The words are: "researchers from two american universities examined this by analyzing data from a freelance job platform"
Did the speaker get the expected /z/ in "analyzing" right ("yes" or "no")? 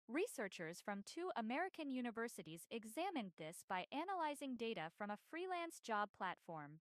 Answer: yes